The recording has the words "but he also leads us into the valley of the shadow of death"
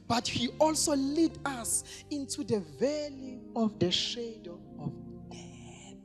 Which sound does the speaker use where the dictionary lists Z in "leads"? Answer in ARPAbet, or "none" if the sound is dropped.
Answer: none